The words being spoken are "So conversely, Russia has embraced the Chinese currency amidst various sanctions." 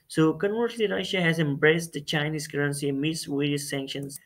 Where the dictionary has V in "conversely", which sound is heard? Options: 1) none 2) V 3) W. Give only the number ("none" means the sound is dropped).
1